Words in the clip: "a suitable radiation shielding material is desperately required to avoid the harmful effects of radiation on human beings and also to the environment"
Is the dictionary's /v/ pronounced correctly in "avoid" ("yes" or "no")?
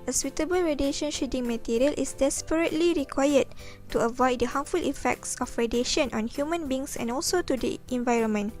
yes